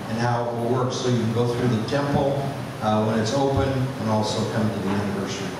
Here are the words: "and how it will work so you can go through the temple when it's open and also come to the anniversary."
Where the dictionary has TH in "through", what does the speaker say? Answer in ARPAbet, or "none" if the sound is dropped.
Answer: TH